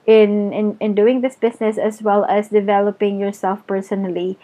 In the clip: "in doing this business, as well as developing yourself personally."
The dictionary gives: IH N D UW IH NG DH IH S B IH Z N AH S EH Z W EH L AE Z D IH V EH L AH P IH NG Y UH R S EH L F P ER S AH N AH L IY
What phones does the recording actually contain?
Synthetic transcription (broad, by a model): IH N D UW IH NG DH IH S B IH S N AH S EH S W EH L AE S D IH V EH L AH P IH NG Y UH R S EH L F P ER S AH N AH L IY